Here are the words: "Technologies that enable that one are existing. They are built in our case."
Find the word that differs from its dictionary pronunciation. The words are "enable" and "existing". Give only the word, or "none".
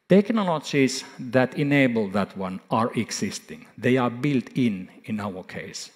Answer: existing